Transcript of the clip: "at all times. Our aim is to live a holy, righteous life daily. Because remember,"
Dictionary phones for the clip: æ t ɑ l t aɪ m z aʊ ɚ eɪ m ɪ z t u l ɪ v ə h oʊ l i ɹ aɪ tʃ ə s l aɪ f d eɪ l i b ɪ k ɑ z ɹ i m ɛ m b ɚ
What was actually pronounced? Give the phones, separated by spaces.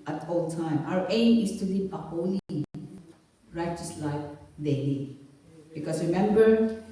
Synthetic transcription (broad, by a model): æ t ɑ l t aɪ m aʊ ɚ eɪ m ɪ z t u l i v ə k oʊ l i ɹ aɪ tʃ ə s l aɪ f d eɪ l i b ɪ k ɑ s ɹ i m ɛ m b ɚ